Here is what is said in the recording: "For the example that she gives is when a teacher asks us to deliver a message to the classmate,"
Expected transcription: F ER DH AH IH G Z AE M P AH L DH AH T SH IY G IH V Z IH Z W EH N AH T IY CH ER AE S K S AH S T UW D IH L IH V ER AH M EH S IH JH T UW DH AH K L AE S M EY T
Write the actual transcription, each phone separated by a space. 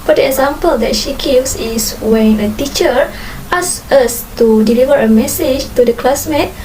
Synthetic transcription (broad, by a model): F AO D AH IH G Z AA M P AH L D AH T SH IY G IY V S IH S W EH N AH T IY CH ER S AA S AH S T UW D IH L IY V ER AH M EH S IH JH T UW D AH K L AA S M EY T